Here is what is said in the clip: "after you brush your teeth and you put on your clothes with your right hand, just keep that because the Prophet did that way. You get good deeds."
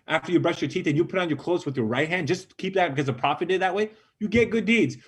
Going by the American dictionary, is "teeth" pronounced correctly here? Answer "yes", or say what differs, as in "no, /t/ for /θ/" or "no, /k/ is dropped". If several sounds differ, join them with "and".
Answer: yes